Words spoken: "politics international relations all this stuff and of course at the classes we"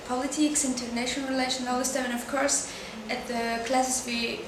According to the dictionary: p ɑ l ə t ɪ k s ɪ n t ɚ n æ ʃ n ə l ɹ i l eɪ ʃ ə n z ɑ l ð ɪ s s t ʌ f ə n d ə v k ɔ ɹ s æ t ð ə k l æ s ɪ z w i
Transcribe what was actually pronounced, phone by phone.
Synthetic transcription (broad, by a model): p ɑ l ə t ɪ k s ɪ n t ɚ n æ ʃ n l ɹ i l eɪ ʃ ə n ɑ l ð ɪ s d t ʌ ə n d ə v k ɔ ɹ s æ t ð ə k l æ s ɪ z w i